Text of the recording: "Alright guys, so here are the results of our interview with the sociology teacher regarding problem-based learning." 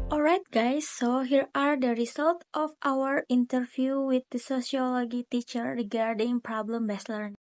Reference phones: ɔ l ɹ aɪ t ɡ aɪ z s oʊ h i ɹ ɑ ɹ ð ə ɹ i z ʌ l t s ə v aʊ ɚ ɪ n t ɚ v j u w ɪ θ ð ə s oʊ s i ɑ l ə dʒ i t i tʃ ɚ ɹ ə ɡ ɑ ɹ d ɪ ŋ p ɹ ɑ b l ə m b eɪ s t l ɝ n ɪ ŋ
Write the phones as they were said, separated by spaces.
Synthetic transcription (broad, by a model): ɔ l ɹ aɪ t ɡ aɪ s oʊ h i ɹ ɑ ɹ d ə ɹ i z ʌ l t ə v aʊ ɚ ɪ n t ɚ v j u w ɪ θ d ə s oʊ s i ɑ l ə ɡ i t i tʃ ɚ ɹ ə ɡ ɑ ɹ d ɪ ŋ p ɹ ɑ b l ə m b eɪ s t l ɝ n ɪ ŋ